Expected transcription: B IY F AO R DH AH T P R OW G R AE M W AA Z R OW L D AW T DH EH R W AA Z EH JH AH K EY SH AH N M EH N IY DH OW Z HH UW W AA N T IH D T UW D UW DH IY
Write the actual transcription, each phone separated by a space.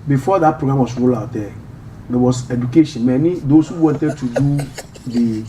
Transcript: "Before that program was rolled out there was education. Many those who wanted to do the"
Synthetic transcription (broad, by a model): B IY F AO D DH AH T P R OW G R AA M W AA S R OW L AW T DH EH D W AA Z EH JH AH K EY SH AH N M EH N IY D OW S HH UW W AA N T IH D T UW D UW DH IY